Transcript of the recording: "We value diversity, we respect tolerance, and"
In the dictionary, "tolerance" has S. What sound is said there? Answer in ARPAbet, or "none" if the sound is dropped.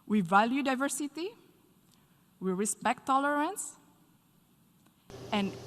S